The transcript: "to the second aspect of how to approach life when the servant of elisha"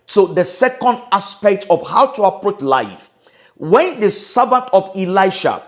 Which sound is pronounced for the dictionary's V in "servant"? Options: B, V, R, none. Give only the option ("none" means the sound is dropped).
B